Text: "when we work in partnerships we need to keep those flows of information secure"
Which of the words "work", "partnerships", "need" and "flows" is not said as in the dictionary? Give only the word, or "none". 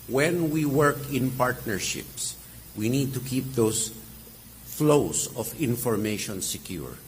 flows